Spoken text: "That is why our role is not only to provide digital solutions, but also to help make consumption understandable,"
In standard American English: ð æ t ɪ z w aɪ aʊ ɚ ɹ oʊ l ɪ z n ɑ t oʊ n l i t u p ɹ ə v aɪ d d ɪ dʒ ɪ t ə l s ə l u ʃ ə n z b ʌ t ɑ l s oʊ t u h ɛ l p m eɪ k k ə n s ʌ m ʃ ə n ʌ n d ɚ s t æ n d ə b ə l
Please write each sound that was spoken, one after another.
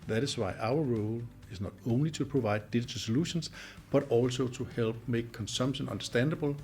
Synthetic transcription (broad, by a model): ð æ t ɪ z w aɪ aʊ ɚ ɹ oʊ l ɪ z n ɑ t oʊ n l i s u p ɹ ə v aɪ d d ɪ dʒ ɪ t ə s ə l u ʃ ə n s b ʌ t ɑ l s oʊ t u h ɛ l b m eɪ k k ə n s ʌ m ʃ ə n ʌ n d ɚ s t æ n d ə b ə l